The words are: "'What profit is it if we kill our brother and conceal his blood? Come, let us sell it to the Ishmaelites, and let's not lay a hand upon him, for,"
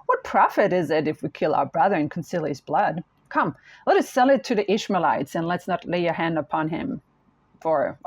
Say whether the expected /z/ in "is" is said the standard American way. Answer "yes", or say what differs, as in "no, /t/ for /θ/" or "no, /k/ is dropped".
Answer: yes